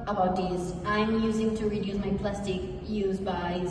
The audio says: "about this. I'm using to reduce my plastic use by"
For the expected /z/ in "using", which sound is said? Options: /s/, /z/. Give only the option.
/z/